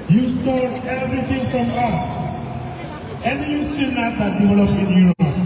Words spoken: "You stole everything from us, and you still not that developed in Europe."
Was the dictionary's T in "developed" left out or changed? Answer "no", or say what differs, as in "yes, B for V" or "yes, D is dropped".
yes, T is dropped